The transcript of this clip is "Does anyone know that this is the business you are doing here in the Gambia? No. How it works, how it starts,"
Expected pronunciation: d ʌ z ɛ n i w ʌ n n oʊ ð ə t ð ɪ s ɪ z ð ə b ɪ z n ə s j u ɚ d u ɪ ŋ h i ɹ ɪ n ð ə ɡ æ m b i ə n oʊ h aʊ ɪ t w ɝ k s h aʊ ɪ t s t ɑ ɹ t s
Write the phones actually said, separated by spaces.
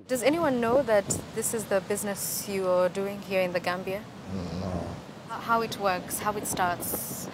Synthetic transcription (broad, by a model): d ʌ z ɛ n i w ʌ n n oʊ ð ə t ð ɪ s ɪ z ð ə b ɪ z n ə s j u ɚ d u ɪ ŋ h i ɹ ɪ n ð ə ɡ æ m b i ə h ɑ h aʊ ɪ t w ɝ k s h aʊ ɪ t s t ɑ ɹ t s